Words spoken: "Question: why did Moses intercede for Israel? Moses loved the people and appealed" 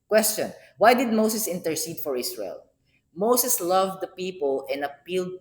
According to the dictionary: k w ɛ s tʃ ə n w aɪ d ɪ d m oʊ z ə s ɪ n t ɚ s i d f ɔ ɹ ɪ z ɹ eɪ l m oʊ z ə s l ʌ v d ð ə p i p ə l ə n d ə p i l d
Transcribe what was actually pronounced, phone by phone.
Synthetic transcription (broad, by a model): k w ɛ s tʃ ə n w aɪ d ɪ d m oʊ s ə s ɪ n t ɚ s i d f ɔ ɹ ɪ s ɹ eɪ l m oʊ s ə s l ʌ v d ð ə p i p ə l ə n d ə p i l d